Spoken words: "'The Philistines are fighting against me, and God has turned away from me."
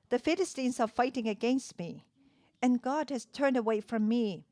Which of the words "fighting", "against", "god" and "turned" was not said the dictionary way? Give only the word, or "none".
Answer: none